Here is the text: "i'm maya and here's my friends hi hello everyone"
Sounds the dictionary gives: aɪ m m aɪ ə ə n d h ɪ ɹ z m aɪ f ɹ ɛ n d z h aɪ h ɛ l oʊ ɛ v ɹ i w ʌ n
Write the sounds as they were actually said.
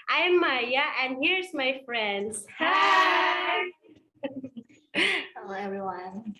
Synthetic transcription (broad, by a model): aɪ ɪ m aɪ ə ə n h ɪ ɹ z m aɪ f ɹ ɛ n d z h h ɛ oʊ ɛ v ɹ i w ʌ n